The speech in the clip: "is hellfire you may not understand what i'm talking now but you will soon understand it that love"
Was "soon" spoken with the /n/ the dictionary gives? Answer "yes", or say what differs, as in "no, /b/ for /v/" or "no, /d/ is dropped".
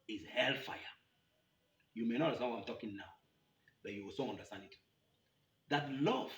no, /n/ is dropped